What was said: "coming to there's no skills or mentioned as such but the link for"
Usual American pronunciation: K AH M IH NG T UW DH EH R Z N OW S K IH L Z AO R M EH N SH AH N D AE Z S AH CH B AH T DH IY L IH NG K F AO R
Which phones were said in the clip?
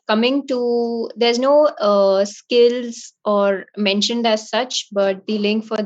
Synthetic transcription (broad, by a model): K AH M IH NG T UW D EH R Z N OW S K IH L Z AO R M EH N SH AH N D AE Z S AH CH B AH T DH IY L IH NG K F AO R